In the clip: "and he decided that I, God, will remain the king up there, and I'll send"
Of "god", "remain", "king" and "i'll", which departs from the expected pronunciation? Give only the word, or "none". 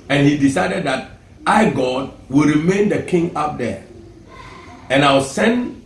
i'll